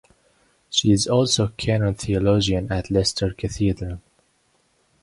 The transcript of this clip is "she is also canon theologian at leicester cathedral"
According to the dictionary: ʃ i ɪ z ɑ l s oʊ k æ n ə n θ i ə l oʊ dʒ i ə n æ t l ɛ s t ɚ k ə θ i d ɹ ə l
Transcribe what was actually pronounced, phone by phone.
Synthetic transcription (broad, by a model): ʃ i ɪ z ɑ l s oʊ k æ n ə n θ i ə l oʊ dʒ i ə n æ t l ɛ s t ɚ k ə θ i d ɹ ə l